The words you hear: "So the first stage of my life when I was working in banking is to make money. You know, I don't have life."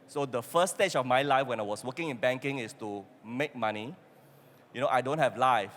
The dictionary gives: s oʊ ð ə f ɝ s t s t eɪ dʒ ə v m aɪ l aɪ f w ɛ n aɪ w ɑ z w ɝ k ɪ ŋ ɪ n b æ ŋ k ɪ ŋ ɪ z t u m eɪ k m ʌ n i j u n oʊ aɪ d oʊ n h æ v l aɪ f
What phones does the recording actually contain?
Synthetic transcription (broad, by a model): s oʊ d ə f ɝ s s t eɪ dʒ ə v m aɪ l aɪ f w ɛ n aɪ w ɑ s w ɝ k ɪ ŋ ɪ n b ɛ ŋ k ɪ ŋ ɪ s t u m eɪ k m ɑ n i j u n oʊ aɪ d oʊ n h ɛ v l aɪ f